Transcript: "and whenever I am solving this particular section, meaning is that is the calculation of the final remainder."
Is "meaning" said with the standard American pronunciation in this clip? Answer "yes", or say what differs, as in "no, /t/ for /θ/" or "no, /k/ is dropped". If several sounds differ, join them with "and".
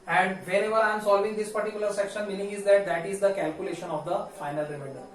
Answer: no, /l/ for /n/